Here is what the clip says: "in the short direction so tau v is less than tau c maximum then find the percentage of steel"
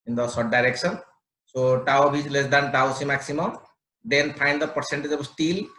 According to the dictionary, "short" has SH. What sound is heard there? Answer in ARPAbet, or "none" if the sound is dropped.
S